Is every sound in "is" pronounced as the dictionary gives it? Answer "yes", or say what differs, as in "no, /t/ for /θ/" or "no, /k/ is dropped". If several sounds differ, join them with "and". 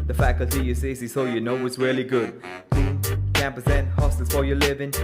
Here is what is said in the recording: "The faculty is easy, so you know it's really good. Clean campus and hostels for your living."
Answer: no, /s/ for /z/